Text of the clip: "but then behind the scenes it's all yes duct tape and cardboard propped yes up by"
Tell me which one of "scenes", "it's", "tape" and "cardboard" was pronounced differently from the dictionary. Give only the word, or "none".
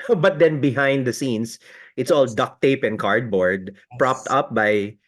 scenes